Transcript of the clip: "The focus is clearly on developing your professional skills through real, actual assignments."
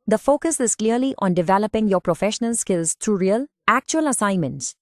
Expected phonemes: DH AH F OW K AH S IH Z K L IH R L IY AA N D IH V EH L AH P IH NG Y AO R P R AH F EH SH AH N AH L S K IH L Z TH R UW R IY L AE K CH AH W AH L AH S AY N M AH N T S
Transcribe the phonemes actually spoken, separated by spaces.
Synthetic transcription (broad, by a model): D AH F OW K AH S IH Z K L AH R L IY AA N D IH V EH L AH P IH NG Y AO R P R AH F EH SH AH N AH L S K IH L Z T R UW R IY L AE K CH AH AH L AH S AY N M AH N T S